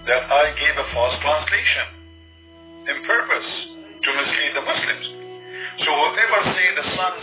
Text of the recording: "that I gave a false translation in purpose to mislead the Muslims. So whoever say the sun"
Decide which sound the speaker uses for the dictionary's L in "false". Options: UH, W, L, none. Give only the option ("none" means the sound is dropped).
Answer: none